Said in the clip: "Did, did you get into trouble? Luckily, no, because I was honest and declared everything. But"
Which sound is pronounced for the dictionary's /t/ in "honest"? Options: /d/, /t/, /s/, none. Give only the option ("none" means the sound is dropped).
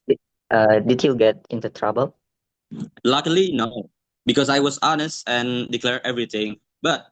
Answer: /t/